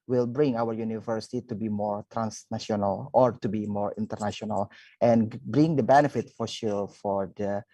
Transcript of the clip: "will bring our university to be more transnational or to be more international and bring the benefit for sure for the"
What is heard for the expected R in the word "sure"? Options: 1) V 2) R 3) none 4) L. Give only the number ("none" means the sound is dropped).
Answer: 4